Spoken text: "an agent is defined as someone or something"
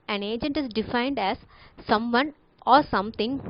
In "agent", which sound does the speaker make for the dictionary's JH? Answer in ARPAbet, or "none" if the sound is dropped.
JH